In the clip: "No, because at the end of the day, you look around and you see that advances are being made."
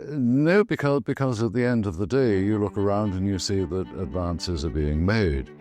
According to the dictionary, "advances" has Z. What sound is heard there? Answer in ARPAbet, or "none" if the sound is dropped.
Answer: Z